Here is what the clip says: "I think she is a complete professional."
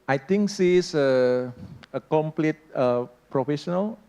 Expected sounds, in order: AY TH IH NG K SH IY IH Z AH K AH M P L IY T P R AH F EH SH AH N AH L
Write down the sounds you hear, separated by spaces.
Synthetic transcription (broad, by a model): AY T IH NG K S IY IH AH K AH M P L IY T P R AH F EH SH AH N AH L